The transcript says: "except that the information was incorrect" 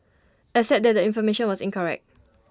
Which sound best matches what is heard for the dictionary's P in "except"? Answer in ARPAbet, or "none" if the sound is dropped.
none